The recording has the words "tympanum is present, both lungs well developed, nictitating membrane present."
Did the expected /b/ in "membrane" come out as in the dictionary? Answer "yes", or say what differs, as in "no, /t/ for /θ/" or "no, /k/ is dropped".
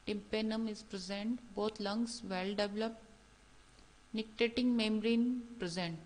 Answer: no, /b/ is dropped